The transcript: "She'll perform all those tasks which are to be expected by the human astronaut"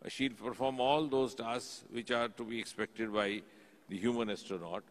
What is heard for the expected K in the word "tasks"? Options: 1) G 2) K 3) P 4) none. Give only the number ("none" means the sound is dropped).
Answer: 4